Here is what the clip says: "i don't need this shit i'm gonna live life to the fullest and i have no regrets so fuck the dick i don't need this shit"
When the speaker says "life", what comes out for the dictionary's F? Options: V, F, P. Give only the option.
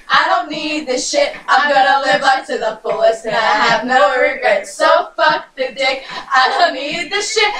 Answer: P